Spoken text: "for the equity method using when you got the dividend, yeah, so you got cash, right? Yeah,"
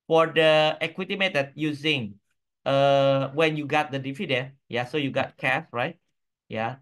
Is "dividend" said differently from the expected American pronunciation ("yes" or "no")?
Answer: yes